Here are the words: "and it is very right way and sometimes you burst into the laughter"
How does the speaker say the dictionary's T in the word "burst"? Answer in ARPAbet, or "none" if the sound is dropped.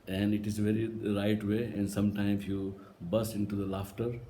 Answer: none